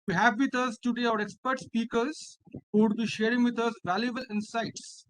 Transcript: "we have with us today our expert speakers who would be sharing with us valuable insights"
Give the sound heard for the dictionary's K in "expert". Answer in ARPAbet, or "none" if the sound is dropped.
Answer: K